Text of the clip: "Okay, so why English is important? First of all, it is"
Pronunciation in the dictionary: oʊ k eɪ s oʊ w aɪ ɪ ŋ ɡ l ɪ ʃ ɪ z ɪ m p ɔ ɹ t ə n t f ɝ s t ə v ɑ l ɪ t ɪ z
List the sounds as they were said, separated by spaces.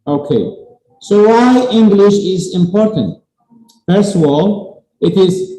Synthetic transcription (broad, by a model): oʊ k eɪ s oʊ w aɪ ɪ ŋ ɡ l ɪ ʃ ɪ z ɪ m p ɔ ɹ t ə n t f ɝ s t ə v ɑ l ɪ t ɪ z